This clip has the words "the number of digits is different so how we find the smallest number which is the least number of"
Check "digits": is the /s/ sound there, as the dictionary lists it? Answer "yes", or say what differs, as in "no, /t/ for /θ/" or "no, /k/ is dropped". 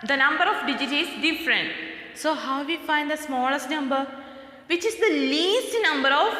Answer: no, /s/ is dropped